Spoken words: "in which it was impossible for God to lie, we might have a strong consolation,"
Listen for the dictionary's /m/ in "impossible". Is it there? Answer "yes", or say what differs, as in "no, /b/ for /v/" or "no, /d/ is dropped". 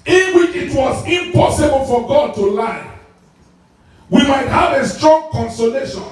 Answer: yes